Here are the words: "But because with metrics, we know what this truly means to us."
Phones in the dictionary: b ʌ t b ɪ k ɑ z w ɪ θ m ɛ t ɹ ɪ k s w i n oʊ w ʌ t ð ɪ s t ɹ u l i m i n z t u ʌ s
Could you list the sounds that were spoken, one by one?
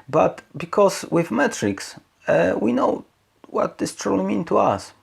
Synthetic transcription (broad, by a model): b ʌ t b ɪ k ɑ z w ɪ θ m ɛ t ɹ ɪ k s w i n oʊ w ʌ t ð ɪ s t ɹ u l i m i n t u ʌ s